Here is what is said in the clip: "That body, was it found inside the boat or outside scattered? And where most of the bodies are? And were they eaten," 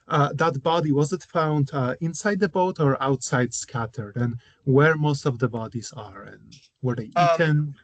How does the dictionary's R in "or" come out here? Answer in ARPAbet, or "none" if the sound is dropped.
R